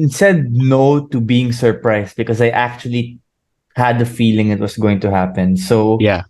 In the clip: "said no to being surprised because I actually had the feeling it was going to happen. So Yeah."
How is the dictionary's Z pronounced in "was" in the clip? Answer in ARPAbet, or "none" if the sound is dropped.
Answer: S